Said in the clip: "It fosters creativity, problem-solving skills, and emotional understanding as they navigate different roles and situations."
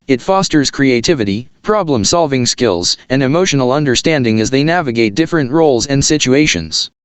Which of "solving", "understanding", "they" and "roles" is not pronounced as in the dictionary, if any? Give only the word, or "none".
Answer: none